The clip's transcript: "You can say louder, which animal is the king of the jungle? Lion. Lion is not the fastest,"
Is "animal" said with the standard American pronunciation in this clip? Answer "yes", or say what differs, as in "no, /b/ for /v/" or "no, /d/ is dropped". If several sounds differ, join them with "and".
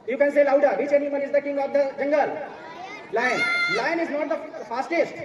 no, /n/ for /l/